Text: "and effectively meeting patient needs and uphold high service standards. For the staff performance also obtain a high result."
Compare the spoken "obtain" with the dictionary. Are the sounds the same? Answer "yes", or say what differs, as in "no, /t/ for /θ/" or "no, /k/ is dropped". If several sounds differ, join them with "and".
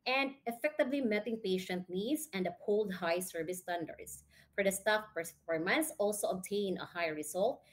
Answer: yes